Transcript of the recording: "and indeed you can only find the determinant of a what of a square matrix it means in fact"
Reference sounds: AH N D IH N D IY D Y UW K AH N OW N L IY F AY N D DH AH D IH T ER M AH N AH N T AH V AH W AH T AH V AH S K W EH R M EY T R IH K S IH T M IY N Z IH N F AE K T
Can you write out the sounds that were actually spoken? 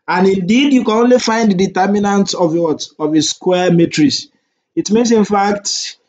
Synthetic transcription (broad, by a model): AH N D IH N D IY D Y UW K AH N OW N L IY F AY N D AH D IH T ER M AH N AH N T AH V AH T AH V AH S K W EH M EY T R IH S IH T M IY N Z IH N F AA K T